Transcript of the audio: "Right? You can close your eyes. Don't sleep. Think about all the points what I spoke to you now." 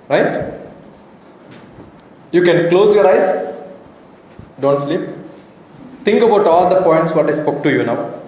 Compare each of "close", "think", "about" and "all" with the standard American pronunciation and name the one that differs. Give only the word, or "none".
think